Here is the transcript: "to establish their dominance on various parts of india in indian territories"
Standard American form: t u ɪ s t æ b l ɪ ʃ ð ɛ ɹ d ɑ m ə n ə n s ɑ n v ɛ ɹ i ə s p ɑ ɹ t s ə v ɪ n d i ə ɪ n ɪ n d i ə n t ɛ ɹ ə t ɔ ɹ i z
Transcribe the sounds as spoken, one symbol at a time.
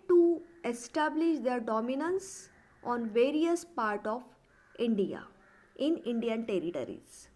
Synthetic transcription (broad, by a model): t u ɪ s t æ b l ɪ ʃ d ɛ ɹ d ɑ m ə n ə n s ɑ n v ɛ ɹ i ə s p ɑ ɹ t ə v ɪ n d i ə ɪ n ɪ n d i ə n t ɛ ɹ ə t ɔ ɹ i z